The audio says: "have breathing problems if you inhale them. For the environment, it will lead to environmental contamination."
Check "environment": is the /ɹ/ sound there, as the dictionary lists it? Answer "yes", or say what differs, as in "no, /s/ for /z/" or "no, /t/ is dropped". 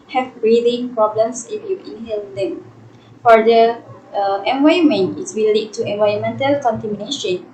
no, /ɹ/ is dropped